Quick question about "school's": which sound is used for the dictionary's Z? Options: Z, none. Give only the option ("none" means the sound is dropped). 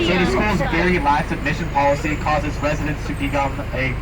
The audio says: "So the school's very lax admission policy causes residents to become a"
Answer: Z